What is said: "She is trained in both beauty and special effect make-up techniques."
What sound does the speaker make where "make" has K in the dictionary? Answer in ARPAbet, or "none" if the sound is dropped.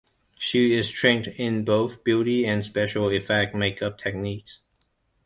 K